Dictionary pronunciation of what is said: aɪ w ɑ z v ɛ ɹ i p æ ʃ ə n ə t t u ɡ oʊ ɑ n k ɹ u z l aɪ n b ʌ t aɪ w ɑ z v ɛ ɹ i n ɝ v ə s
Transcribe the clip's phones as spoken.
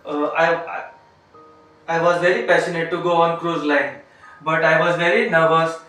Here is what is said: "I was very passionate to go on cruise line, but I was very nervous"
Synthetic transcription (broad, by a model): aɪ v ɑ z v ɛ ɹ i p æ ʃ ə n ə t t u ɡ oʊ ɑ n k ɹ u z l aɪ n b ʌ t aɪ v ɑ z v ɛ ɹ i n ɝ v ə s